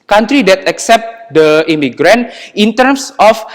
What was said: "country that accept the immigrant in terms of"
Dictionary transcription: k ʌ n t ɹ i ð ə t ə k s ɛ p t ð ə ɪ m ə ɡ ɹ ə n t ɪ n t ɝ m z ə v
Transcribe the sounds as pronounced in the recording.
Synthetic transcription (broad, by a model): k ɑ n t ɹ i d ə t ə k s ɛ p t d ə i m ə ɡ ɹ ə n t ɪ n t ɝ m s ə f